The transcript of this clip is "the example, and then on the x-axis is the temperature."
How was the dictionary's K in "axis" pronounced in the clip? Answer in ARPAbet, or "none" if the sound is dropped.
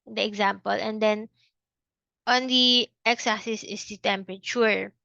none